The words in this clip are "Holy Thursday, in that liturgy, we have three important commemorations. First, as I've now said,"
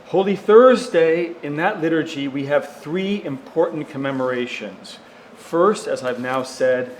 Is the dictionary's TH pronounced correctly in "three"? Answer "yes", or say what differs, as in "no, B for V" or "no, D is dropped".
yes